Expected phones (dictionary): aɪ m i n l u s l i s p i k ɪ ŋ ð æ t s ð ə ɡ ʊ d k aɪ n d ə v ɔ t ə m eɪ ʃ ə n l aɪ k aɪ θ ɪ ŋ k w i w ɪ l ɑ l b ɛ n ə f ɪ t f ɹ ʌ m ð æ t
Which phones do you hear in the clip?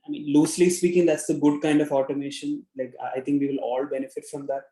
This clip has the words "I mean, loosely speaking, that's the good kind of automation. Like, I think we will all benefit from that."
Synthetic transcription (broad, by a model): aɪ m i n l u s l i s p i k ɪ ŋ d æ t s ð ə ɡ ʊ d k aɪ n d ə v ɔ t ə m eɪ ʃ ə n l aɪ k aɪ t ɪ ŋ k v i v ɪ l ɑ l b ɛ n ə f ɪ t f ɹ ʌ m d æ t